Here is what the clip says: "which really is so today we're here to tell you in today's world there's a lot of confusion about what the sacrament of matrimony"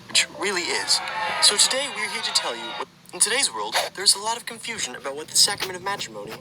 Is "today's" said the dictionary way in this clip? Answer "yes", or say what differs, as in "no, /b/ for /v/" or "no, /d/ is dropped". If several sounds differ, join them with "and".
yes